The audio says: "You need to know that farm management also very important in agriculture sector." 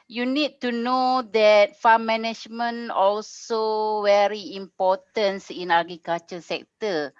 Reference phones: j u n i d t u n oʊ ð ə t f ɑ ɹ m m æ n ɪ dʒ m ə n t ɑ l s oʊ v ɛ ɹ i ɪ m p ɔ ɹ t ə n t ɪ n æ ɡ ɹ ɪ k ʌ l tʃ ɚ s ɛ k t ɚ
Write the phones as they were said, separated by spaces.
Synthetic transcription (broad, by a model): j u n i d t u n oʊ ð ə t f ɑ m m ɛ n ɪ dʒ m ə n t ɑ l s oʊ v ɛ ɹ i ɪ m p ɔ t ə n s ɪ n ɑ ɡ ɪ k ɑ tʃ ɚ s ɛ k t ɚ